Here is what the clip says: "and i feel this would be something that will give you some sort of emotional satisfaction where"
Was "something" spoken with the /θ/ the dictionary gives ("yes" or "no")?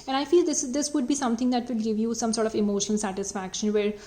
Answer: no